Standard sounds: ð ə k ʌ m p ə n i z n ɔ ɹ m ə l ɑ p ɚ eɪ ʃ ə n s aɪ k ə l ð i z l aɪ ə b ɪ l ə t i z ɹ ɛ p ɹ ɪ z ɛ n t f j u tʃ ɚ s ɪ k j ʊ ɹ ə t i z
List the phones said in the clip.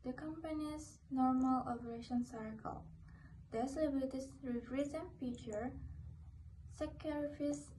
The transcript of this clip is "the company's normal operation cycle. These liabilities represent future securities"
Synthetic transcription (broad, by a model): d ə k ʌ m p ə n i s n ɔ ɹ m ə l ɑ p ɚ eɪ ʃ ə n s aɪ k ə l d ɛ s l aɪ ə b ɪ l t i s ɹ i f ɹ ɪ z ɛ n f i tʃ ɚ s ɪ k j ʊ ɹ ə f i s